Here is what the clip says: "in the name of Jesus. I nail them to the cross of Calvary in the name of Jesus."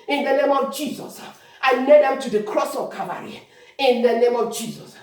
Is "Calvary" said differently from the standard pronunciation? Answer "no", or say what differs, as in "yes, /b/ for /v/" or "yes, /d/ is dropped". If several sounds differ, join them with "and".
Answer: yes, /l/ is dropped